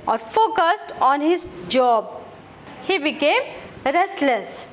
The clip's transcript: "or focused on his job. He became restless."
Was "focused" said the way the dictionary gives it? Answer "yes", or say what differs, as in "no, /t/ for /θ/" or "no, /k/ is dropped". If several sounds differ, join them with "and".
yes